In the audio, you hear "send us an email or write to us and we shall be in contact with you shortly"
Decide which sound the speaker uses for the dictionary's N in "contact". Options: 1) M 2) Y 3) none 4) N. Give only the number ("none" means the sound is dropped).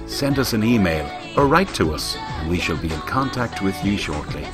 4